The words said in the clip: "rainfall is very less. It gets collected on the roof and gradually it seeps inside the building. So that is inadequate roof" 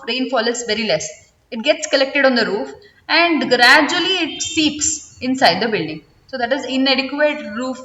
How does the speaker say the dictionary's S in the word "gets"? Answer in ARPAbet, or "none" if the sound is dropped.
S